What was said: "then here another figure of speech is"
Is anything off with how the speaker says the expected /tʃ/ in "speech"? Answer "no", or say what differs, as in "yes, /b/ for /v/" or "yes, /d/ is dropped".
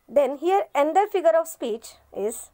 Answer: no